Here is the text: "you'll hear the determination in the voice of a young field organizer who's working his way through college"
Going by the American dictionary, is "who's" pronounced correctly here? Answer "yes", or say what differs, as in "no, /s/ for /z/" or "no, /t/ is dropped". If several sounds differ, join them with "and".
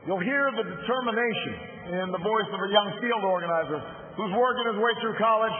yes